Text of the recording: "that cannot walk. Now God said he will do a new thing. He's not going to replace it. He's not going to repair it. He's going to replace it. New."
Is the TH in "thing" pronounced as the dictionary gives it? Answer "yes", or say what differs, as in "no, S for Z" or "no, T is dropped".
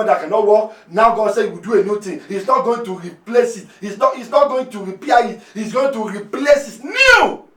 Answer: no, T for TH